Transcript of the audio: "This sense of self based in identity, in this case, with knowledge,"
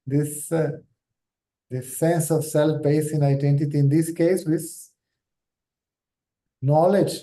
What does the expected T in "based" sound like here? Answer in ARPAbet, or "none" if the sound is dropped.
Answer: none